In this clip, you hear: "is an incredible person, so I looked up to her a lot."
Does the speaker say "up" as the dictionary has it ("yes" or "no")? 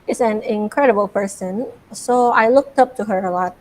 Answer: yes